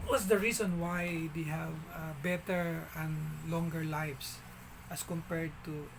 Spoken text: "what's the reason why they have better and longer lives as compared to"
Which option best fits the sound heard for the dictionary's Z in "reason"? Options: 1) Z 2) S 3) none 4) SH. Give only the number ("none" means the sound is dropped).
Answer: 2